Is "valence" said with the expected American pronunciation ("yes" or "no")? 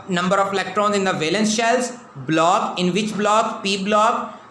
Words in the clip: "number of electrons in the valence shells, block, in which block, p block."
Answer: yes